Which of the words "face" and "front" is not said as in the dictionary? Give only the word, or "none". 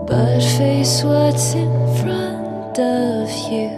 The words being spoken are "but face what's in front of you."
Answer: none